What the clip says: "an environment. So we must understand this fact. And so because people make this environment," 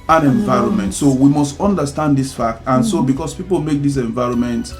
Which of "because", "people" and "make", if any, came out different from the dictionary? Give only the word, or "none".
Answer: because